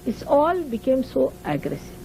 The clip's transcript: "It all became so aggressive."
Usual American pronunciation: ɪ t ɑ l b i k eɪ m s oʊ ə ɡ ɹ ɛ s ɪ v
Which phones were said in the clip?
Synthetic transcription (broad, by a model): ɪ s ɑ l b i k eɪ m s oʊ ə ɡ ɹ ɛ s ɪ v